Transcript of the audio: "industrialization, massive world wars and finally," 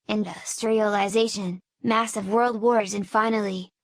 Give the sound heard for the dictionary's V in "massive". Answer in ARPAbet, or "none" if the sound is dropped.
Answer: V